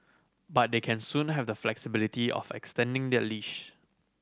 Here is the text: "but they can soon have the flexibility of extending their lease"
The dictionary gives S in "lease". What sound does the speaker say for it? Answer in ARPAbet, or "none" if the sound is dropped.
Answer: SH